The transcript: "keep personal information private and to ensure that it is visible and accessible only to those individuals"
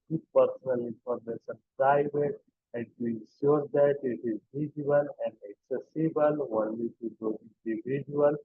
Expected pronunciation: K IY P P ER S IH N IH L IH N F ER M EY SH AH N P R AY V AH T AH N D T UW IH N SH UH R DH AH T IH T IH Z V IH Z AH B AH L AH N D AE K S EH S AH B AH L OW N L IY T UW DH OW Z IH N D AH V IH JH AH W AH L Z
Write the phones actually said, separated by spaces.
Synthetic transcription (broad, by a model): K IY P P ER S IH N IH L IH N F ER M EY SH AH N P R AY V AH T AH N T UW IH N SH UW R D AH T IH T IH Z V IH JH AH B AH L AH N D AE K S EH S AH B AH L OW N L IY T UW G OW IH N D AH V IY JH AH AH L